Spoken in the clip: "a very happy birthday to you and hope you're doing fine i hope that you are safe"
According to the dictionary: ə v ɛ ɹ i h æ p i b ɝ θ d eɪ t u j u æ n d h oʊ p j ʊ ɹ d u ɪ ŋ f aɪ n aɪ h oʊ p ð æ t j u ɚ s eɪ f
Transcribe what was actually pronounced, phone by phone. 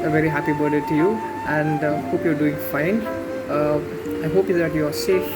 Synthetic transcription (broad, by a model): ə v ɛ ɹ i h æ p i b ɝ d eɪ t u j u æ n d h oʊ p j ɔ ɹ d u ɪ ŋ f aɪ n aɪ h oʊ p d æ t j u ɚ s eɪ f